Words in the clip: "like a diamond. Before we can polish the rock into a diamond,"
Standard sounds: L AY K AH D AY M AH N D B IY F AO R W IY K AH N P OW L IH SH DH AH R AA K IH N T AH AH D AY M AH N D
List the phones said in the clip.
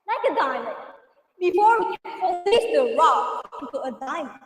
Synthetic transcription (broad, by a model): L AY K AH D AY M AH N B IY F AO R W IY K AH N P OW IH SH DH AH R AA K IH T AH AH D AY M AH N